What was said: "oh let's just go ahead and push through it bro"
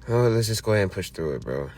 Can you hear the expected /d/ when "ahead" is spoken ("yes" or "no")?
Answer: no